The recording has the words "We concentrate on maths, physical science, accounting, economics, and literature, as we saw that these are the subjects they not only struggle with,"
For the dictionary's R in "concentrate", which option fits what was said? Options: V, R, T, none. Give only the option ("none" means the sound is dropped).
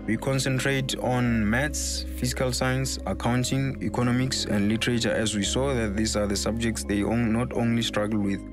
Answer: R